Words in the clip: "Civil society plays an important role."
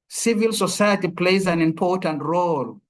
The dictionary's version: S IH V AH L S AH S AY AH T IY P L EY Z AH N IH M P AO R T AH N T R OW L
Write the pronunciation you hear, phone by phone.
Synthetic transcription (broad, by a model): S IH V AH L S AH S AY AH T IY P L EY Z AH N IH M P AO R T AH N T R OW L